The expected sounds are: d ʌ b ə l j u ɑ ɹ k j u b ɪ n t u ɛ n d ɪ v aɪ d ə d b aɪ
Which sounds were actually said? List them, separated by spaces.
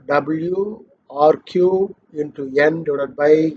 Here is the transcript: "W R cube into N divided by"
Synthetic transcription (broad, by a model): d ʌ b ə l j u ɑ ɹ k j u ɪ n t u ɛ n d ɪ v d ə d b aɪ